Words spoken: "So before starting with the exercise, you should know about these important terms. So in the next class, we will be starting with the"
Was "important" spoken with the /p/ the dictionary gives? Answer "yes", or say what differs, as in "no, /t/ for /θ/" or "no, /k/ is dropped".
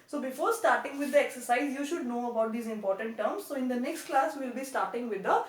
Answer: yes